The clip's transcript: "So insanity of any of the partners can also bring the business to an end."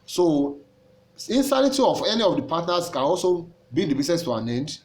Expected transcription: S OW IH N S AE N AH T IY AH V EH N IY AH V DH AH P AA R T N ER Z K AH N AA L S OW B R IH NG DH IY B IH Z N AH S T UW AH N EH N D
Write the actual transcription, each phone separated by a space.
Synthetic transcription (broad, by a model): S OW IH N S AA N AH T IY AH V EH N IY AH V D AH P AA T N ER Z K AH N AA L S OW B IY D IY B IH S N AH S T UW AH N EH N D